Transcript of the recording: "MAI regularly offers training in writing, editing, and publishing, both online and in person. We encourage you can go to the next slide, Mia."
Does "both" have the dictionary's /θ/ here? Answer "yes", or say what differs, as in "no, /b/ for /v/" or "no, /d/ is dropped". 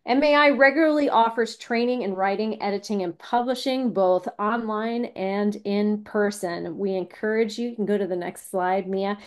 yes